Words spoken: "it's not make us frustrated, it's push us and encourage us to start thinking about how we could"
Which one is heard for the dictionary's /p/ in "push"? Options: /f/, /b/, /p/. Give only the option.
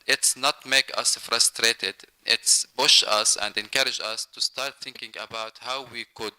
/b/